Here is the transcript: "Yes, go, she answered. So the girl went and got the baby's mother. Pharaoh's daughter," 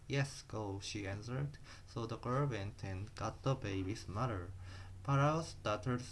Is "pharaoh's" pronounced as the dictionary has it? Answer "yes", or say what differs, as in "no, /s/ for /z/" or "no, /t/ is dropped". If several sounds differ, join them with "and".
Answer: no, /p/ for /f/